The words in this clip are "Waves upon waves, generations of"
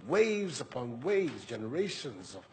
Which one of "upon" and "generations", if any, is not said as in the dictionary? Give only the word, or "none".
none